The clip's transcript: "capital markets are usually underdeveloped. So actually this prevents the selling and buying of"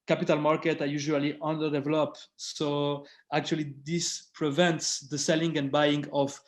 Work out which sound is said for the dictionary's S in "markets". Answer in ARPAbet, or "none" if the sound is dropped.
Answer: none